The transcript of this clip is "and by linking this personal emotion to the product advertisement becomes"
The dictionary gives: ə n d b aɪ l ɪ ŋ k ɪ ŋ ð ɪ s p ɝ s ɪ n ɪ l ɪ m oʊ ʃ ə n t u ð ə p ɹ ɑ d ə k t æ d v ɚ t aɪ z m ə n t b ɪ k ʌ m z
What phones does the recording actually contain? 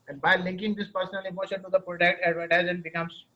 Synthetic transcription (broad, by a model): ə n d b aɪ l ɪ ŋ k ɪ ŋ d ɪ s p ɝ s ɪ n ɪ l ɪ m oʊ ʃ ə n t u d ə p ɹ ɑ d ə k t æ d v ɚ t aɪ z ə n b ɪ k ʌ m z